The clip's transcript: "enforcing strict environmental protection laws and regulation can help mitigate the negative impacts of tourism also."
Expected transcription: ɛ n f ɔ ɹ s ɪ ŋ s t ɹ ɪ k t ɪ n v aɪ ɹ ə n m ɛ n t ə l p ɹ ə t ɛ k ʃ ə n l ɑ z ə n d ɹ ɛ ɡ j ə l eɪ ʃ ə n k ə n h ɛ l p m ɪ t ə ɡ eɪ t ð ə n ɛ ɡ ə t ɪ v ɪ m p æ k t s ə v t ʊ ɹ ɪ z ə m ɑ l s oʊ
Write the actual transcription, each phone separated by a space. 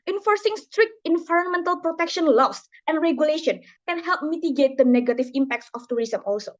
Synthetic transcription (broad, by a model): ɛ n f ɔ ɹ s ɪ ŋ s t ɹ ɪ k t ɪ n v aɪ ɹ ə n m ɛ n t ə l p ɹ ə t ɛ k ʃ ə n l ɑ s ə n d ɹ ɛ ɡ j ə l eɪ ʃ ə n k ə n h ɛ l p m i t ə ɡ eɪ t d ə n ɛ ɡ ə t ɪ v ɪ m p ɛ k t s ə f t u ɹ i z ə m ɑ l s oʊ